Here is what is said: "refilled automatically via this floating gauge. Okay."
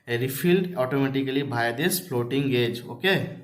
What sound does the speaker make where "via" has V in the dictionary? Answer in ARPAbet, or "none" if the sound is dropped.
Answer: B